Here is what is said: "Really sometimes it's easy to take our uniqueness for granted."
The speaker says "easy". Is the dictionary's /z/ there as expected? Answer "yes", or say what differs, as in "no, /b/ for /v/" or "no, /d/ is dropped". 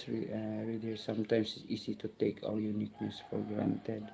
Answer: no, /s/ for /z/